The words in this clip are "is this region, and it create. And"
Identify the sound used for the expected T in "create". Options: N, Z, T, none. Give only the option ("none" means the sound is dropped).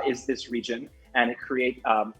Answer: none